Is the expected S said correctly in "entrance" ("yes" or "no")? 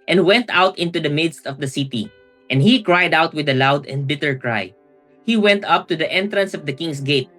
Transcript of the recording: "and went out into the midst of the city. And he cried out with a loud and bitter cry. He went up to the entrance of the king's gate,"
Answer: yes